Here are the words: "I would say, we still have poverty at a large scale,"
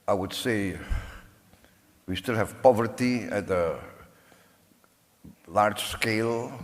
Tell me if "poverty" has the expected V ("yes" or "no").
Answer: yes